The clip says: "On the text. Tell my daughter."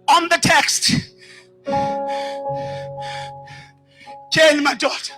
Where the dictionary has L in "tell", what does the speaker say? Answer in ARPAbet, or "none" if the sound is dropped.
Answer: N